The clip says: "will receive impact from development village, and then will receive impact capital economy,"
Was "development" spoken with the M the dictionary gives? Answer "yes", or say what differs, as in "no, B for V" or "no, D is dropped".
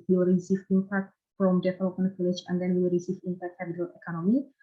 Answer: no, M is dropped